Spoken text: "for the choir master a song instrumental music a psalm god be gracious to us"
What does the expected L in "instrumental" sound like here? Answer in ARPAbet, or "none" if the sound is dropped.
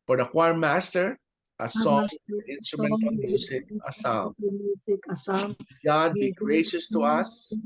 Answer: N